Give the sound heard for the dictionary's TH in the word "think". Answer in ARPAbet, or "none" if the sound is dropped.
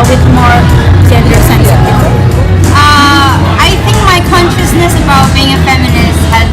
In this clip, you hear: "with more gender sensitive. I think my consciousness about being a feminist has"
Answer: TH